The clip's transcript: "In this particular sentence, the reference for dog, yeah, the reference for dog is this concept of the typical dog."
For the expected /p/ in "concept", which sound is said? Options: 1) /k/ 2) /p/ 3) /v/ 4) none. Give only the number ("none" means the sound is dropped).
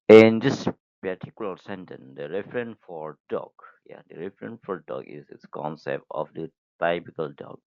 2